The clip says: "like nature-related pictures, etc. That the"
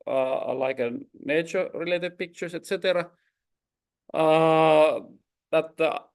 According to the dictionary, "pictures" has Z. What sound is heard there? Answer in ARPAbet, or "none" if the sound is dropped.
S